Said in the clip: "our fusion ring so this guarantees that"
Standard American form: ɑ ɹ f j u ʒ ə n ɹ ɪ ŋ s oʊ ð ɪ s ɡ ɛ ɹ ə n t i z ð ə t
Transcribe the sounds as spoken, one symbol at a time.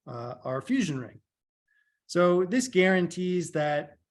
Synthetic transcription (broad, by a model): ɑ ɹ f j u ʒ ə n ɹ ɪ ŋ s oʊ ð ɪ s ɡ ɛ ɹ ə n t i z ð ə t